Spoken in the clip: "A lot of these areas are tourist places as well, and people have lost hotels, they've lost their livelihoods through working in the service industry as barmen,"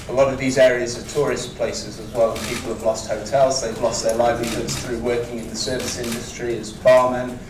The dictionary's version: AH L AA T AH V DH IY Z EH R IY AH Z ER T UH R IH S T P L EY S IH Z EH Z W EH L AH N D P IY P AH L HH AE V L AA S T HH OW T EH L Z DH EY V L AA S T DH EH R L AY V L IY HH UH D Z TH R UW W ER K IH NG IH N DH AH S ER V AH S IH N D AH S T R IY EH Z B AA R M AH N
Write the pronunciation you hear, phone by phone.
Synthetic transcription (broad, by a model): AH L AA T AH V DH IY Z EH R IY AH Z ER T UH R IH S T P L EY S IH Z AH Z W EH L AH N P IY P AH L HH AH V L AA S T HH OW T EH L Z DH EY V L AA S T DH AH L AY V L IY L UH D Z TH R UW W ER K IH NG IH N DH AH S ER V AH S IH N D AH S T R IY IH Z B AA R M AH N